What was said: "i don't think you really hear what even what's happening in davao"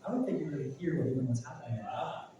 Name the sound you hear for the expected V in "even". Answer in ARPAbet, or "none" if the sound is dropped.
none